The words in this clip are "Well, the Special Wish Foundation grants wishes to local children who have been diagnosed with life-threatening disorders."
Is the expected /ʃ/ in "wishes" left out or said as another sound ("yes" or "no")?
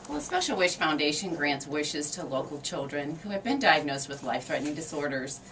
no